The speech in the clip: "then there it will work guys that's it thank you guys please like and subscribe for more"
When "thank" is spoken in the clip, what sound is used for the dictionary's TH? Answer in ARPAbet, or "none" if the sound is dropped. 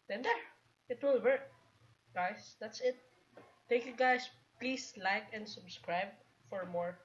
T